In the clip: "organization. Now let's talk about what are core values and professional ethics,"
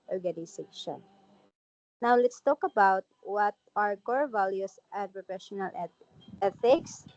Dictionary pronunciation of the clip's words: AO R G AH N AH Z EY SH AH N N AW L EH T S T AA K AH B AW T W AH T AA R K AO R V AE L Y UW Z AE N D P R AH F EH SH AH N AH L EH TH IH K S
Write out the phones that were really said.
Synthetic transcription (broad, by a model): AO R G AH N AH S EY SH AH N N AW L EH T S T AA K AH B AW T W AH T AA R K AO R V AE L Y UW S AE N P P R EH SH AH N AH L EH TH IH K S